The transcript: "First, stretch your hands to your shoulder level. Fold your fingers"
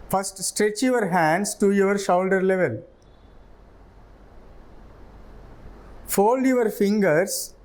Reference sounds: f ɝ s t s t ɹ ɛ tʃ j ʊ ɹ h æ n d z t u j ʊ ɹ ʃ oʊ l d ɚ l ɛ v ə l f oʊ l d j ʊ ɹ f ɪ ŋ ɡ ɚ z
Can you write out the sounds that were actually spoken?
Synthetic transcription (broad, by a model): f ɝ s t s t ɹ ɛ tʃ j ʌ ɹ h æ n d s t u j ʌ ɹ ʃ oʊ l d ɚ l ɛ v ə l f oʊ l d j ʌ ɹ f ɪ ŋ ɡ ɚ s